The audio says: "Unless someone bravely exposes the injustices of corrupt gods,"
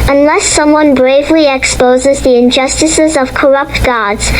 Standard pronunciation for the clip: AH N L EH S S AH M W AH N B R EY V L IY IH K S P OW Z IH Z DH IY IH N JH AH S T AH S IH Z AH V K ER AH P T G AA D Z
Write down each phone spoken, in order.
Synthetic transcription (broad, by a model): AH N L EH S S AH M W AH N B R EY V L IY IH K S P OW Z IH Z DH IY IH N JH AH S T AH S IH Z AH V K ER AH P T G AA D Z